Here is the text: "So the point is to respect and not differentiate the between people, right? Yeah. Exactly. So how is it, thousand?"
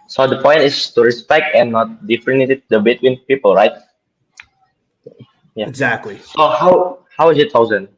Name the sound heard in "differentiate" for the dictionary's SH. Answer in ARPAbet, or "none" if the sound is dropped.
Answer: none